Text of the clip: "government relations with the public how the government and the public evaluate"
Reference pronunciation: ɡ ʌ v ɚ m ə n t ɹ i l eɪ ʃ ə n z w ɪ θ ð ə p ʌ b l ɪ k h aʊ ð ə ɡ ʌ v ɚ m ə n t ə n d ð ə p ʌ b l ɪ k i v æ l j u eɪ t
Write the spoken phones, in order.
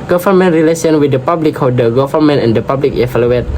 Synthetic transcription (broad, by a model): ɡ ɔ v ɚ m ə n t ɹ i l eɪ s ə n w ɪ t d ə p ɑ b l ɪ k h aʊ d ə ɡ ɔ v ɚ m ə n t ə n d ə p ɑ b l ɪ k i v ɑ l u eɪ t